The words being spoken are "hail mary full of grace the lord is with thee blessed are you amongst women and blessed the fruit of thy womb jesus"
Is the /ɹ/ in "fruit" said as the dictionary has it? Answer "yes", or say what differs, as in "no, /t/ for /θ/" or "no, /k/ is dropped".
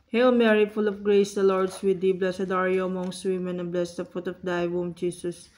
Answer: no, /ɹ/ is dropped